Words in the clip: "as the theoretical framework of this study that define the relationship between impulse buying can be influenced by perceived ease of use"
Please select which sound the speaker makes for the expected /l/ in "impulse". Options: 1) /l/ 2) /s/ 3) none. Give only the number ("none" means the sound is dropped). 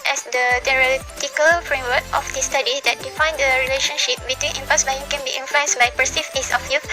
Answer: 3